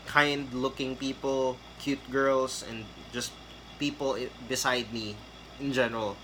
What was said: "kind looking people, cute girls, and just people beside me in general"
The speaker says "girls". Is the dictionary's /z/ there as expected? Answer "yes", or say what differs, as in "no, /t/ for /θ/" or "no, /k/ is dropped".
no, /s/ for /z/